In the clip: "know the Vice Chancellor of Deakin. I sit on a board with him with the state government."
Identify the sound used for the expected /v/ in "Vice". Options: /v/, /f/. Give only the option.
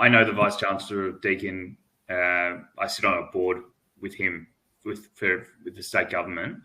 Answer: /v/